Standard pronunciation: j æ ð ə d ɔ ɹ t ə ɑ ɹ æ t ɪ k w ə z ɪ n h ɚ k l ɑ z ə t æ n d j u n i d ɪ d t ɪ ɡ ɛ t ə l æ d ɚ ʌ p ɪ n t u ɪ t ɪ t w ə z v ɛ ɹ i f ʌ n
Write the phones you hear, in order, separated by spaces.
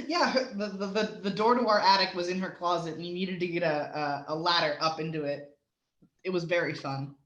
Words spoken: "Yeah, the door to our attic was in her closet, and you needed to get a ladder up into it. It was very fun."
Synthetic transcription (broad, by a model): j æ ð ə d ɔ ɹ t ə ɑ ɹ æ t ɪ k w ə z ɪ n ɚ k l ɑ z ə t n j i n i d ɪ d t ɪ ɡ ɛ t ə l æ d ɚ ʌ p ɪ n t u ɪ t ɪ t w ə z v ɛ ɹ i f ʌ n